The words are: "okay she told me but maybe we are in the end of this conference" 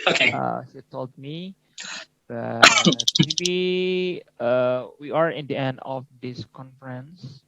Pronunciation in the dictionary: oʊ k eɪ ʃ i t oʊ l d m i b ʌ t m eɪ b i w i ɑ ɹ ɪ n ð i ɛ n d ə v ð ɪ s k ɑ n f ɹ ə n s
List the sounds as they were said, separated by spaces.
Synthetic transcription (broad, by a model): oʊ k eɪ s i t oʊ l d m i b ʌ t m eɪ b i w i ɑ ɹ ɪ n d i ɛ n d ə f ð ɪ s k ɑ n f ɹ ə n s